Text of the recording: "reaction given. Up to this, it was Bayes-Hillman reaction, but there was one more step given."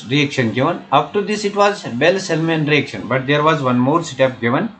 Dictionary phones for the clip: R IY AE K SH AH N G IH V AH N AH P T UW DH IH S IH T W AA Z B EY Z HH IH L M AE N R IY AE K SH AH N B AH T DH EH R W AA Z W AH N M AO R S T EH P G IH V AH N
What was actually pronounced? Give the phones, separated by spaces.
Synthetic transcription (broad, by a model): R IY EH K SH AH N G IH V AH N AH F T UW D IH S IH T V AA Z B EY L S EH L M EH N R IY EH K SH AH N B AH T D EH R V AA Z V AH N M AO R S T EH P G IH V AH N